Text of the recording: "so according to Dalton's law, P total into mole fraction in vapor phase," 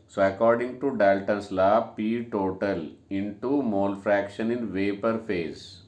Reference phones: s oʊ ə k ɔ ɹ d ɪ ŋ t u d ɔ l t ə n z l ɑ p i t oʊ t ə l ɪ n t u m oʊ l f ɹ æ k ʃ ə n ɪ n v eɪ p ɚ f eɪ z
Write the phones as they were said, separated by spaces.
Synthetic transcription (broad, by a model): s oʊ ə k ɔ ɹ d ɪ ŋ t u d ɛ l t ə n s l ɑ p i t oʊ t ə l ɪ n t u m oʊ l f ɹ æ k ʃ ə n ɪ n v eɪ p ɚ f eɪ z